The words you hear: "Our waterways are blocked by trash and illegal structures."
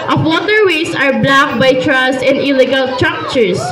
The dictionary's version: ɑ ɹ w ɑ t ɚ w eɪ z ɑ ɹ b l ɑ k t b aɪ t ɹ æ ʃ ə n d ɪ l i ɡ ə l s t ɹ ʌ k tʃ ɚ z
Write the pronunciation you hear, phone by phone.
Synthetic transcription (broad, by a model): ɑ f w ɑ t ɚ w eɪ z ɑ ɹ b l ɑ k b aɪ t ɹ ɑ s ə n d ɪ l i ɡ ə l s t ɹ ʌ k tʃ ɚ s